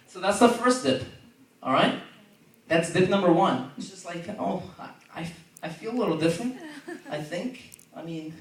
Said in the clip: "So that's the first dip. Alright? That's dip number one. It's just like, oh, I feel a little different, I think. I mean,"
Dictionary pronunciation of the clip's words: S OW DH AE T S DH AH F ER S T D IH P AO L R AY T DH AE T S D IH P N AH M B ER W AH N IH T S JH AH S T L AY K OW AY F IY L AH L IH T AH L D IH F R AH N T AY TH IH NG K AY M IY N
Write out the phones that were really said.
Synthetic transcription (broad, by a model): S OW DH AE T S DH AH F ER S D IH P AO L R AY T DH AE T S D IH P N AH M B ER W AH N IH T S JH AH S T L AY K OW AY F IY L AH L IH T L D IH F R AH N T AY TH IH NG K AY M IY N